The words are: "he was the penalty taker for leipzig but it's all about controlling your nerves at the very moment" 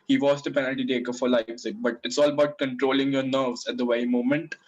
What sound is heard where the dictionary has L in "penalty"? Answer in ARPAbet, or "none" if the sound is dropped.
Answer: L